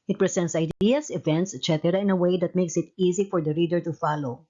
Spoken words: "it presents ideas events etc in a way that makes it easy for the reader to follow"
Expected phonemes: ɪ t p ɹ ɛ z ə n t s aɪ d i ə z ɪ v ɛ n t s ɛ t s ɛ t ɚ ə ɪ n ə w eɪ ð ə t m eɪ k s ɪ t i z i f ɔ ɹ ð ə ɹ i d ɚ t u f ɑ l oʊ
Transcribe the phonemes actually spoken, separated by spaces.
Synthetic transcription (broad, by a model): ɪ t p ɹ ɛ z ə n t s aɪ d i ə s ɪ v ɛ n t s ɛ t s ɛ t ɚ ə ɪ n ə w eɪ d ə t m eɪ k s ɪ t i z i f ɔ ɹ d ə ɹ i d ɚ t u f ɑ l oʊ